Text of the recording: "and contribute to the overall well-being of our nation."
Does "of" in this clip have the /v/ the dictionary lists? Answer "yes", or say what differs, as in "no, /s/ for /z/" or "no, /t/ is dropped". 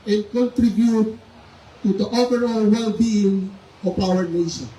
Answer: no, /p/ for /v/